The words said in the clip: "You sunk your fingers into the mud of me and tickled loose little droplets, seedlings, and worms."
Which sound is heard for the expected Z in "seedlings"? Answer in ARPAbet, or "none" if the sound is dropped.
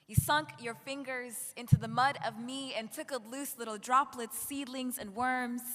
Z